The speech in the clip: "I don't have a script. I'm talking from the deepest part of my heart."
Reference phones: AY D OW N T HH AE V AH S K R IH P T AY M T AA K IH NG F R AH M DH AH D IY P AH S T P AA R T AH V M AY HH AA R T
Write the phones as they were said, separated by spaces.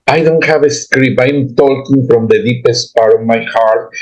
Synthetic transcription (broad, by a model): AY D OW N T HH AE V AH S K R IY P AY M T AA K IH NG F R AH M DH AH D IY P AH S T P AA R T AH V M AY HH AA R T